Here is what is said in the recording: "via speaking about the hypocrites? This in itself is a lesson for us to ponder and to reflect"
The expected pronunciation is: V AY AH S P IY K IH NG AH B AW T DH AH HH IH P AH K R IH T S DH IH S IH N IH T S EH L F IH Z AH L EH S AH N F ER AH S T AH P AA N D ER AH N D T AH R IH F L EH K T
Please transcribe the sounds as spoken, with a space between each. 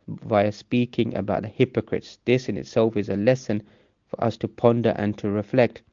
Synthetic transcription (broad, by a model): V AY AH S P IY K IH NG AH B AW T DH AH HH IH P AH K R IH T S DH IH S IH N IH T S EH L F IH Z AH L EH S AH N F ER AH S T AH P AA N D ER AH N T AH R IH F L EH K T